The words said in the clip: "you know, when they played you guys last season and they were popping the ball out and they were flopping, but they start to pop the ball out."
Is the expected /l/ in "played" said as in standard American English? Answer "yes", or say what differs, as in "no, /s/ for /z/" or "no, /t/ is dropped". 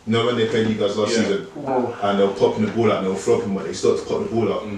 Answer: no, /l/ is dropped